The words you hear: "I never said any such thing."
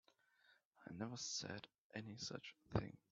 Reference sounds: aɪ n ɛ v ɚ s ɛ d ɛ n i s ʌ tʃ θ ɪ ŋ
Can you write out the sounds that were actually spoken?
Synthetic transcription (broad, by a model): aɪ n ɛ v ɚ s ɛ d ɛ n i s ʌ tʃ θ ɪ ŋ